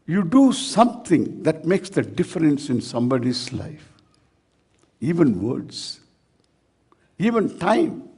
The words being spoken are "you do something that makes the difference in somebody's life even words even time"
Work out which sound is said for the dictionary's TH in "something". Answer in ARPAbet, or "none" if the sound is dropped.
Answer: T